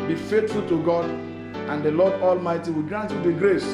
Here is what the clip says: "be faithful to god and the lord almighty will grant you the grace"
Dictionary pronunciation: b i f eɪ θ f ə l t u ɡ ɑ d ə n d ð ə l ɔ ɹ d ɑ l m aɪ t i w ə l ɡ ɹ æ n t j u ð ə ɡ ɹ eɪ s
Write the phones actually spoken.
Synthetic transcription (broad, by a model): b i f eɪ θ f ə l t u ɡ ɑ d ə n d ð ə l ɔ d ɑ l m aɪ t i w ə l ɡ ɹ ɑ n t j u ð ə ɡ ɹ eɪ s